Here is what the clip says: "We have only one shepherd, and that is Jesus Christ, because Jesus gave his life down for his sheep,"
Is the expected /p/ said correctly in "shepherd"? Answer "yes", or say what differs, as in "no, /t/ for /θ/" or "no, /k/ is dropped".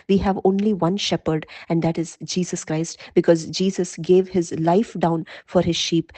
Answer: yes